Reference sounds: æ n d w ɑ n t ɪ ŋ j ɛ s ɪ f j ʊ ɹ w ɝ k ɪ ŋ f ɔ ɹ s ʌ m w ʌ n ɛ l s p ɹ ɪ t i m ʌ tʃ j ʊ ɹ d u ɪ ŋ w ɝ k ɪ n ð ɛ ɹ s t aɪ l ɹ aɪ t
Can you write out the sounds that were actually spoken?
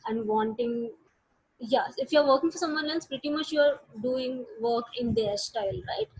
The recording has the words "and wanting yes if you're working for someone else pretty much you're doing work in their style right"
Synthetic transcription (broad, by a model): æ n d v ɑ n t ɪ ŋ j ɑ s ɪ f j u ɹ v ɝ k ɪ ŋ f ɔ ɹ s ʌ m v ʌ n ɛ n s p ɹ ɪ t i m ʌ tʃ j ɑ ɹ d u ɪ ŋ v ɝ k ɪ n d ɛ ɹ s t aɪ l ɹ aɪ t